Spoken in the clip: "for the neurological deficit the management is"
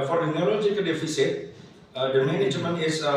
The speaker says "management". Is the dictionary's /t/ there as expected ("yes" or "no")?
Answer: no